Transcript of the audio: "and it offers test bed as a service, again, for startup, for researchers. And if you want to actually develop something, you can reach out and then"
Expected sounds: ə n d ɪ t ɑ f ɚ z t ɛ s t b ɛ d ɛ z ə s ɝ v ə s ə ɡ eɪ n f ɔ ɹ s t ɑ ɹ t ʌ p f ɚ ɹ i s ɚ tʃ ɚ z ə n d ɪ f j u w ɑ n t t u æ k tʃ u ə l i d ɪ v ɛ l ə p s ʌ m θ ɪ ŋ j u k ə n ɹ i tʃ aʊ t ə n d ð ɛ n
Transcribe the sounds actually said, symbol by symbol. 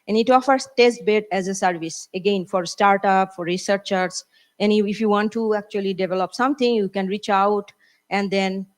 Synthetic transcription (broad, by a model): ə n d ɪ t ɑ f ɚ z t ɛ s t b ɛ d ɛ z ə s ɝ v ə s ə ɡ eɪ n f ɔ ɹ s t ɑ ɹ t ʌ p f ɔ ɹ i s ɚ tʃ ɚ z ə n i ɪ f j u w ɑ n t t u æ k tʃ u ə l i d ɪ v ɛ l ə p s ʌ m t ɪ ŋ j u k ə n ɹ i tʃ aʊ t ə n d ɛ n